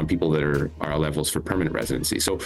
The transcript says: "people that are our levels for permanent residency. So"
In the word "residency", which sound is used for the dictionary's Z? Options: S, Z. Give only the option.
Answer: Z